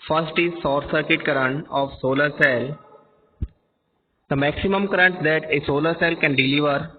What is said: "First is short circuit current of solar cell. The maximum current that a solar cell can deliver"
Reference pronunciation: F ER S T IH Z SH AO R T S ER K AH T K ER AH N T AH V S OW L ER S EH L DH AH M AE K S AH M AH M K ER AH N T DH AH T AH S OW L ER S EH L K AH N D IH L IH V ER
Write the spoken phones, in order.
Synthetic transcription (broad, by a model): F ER S T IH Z S AO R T S ER K AH T K ER AH N T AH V S OW L ER S EH L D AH M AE K S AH M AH M K ER AH N T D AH T AH S OW L ER S EH L K AH N D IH L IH V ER